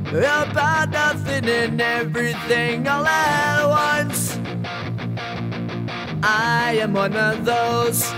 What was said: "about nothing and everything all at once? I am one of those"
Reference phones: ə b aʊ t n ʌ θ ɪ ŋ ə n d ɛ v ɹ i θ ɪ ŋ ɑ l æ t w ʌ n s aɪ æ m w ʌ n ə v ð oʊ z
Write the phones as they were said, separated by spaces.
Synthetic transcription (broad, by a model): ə b aʊ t n ʌ θ ɪ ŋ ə n ɛ v ɹ i θ ɪ ŋ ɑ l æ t w ʌ n s aɪ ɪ m w ʌ n ə v ð oʊ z